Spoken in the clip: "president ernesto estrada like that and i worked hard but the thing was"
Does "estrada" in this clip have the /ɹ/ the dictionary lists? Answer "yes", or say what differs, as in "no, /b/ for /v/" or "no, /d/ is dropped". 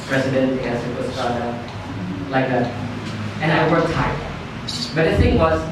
no, /ɹ/ is dropped